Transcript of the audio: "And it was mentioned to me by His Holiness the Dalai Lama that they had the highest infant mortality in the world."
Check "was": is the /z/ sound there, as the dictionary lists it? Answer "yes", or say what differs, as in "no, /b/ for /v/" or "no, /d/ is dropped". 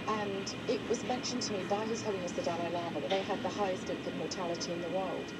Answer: yes